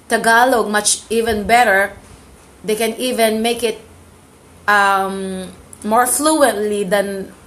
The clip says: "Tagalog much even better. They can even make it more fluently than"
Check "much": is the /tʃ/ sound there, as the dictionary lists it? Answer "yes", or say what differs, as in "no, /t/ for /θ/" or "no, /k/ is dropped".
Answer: yes